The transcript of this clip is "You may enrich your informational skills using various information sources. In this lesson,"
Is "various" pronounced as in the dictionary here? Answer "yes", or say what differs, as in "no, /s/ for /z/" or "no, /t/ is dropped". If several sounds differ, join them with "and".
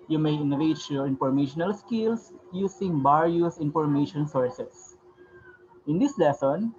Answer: no, /b/ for /v/